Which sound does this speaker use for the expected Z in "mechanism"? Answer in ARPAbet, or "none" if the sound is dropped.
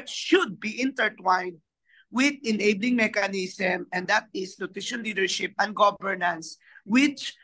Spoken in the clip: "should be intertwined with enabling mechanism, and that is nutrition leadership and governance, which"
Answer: S